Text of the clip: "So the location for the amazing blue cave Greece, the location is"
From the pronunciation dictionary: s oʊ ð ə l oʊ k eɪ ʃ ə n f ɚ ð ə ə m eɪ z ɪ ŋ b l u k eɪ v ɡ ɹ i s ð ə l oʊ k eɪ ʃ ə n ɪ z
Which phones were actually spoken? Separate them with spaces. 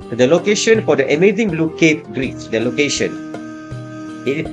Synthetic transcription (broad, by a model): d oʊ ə l oʊ k eɪ ʃ ə n f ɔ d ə ə m eɪ z ɪ ŋ b l u k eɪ p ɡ ɹ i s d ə l oʊ k eɪ ʃ ə n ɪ